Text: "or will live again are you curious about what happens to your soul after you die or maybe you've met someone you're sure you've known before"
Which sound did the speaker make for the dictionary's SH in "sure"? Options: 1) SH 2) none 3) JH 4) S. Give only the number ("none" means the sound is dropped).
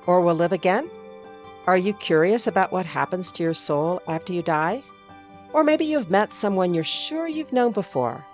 1